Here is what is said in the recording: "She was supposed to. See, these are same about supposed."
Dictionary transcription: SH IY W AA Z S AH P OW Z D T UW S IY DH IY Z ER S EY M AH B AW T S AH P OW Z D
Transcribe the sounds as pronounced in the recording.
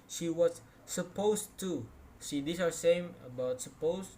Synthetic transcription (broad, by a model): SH IY W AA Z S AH P OW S T UW SH IY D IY S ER S EY M AH B AW T S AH P OW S